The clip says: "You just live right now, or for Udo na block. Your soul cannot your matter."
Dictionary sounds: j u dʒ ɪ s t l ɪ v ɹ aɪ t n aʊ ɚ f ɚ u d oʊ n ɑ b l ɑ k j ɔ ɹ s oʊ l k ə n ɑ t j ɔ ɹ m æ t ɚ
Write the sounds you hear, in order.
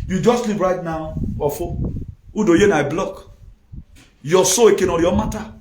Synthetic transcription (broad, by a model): j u dʒ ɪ s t l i p ɹ aɪ t n aʊ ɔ f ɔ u d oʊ n ɑ b l ɑ k j ɔ s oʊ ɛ k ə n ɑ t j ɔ m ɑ t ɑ